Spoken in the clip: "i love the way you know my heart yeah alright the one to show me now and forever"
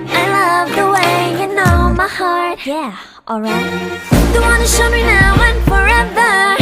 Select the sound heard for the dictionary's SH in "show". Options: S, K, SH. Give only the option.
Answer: SH